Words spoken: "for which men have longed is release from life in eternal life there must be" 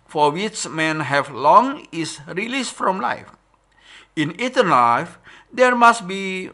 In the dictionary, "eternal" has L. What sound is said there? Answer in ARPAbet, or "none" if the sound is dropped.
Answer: N